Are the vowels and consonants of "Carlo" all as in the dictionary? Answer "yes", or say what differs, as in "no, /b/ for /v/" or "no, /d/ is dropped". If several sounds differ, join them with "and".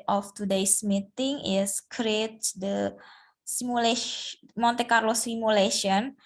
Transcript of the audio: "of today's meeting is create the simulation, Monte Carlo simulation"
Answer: yes